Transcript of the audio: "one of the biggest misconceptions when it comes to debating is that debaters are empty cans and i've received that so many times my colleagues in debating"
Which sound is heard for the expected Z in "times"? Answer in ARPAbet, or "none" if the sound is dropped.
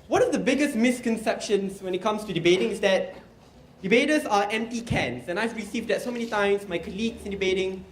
S